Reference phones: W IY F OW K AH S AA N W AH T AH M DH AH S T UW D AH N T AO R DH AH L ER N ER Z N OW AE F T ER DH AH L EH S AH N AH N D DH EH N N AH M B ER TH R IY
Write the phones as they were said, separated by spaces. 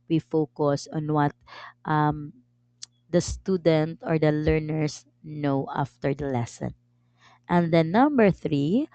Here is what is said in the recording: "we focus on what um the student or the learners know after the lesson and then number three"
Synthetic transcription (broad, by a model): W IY F OW K AH S AA N W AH T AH M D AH S T UW D AH N T AO R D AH L ER N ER S N OW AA F T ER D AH L EH S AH N AH N D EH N N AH M B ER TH R IY